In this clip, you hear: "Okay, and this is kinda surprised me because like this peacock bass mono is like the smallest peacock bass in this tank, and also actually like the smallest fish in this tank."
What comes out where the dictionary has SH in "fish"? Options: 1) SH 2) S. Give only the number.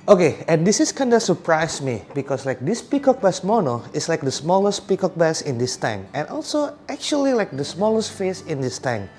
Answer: 2